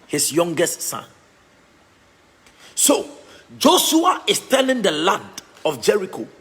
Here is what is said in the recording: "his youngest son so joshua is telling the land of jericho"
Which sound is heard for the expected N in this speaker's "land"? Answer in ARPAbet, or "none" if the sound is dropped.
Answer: none